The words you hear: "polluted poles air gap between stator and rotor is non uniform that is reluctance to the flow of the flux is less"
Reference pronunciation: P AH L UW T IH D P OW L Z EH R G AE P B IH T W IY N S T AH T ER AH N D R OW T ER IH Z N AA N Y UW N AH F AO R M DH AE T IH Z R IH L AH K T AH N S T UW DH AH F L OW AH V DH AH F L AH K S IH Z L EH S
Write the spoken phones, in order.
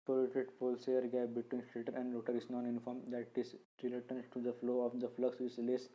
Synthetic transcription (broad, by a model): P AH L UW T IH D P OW L S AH R G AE B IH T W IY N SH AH T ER AH N D R OW T ER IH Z N AA N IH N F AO R M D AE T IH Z R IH L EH T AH N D T UW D AH F L OW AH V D AH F L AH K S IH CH L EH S